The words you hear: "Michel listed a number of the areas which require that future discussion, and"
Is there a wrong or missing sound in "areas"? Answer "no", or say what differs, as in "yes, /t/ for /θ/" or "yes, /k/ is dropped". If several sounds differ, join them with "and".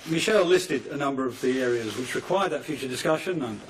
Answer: no